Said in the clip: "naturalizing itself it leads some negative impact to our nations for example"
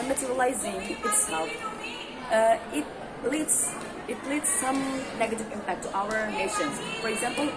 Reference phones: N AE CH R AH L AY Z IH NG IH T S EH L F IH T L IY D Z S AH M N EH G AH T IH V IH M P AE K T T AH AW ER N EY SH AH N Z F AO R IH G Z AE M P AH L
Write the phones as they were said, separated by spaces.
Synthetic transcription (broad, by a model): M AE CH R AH L AY Z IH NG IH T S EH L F IH T L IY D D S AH M N EH G AH T IH V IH M P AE K T T AH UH ER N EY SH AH N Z F AO R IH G Z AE M P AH L